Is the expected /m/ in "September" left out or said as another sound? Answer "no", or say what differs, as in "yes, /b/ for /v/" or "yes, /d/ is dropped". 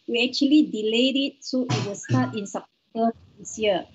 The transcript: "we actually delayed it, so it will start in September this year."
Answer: yes, /m/ is dropped